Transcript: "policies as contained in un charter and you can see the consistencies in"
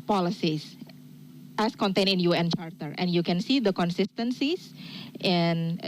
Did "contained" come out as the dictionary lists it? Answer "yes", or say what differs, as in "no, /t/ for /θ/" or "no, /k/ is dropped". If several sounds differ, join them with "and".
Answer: no, /d/ is dropped